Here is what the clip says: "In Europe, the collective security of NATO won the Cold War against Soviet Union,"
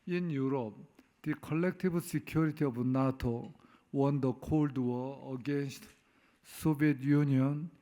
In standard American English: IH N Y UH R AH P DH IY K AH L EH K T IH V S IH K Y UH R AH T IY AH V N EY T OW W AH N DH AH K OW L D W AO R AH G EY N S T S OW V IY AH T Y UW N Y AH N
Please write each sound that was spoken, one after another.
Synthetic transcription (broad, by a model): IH N Y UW R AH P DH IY K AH L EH K T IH B S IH K Y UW R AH T IY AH B N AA T OW W AH N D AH K OW L D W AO AH G EY N S T S OW B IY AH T Y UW N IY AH N